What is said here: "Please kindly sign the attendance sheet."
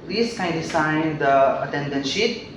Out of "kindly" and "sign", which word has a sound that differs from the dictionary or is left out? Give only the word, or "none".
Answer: kindly